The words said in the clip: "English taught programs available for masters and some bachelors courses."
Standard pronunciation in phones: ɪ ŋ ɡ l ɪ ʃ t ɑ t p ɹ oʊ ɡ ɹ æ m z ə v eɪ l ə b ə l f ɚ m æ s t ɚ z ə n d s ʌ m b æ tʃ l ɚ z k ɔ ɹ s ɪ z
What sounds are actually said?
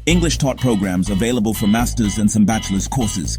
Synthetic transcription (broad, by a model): ɪ ŋ ɡ l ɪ ʃ t ɑ t p ɹ oʊ ɡ ɹ æ m z ə v eɪ l ə b ə l f ɚ m æ s t ɚ z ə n s ʌ m b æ tʃ l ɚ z k ɔ ɹ s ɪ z